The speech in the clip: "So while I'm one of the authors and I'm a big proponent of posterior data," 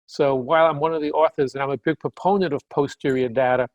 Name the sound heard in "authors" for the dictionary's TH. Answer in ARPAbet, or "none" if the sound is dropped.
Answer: TH